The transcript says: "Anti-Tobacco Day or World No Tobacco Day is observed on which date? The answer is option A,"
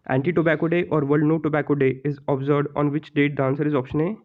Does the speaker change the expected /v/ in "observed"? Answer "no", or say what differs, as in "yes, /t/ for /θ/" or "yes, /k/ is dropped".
yes, /v/ is dropped